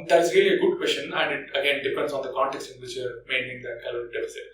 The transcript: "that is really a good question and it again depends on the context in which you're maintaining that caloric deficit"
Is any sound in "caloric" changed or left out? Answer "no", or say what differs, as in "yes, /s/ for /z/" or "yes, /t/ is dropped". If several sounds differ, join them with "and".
yes, /l/ is dropped